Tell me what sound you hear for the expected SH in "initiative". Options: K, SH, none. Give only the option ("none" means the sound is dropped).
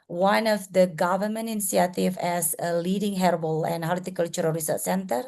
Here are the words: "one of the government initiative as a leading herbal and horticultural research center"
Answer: none